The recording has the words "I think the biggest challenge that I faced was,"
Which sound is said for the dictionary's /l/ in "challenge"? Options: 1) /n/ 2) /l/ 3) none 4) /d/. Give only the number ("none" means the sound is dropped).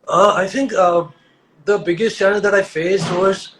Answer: 1